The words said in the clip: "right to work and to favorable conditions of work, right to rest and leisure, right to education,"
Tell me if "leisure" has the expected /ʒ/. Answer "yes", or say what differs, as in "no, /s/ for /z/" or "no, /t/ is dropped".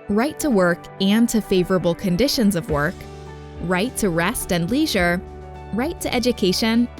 yes